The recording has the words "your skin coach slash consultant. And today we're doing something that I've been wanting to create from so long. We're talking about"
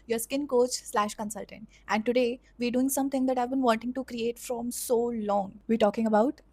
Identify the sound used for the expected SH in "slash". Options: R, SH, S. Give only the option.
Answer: SH